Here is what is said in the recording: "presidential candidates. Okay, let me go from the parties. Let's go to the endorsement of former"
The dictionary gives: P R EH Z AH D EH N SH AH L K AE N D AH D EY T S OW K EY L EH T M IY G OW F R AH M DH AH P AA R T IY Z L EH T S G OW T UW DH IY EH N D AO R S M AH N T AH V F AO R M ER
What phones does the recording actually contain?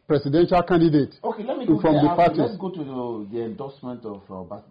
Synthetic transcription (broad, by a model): P R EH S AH D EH N SH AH L K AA N D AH D EY T OW K EY L EH T M IY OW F R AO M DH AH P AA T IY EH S G OW T UW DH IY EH N D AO S M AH N T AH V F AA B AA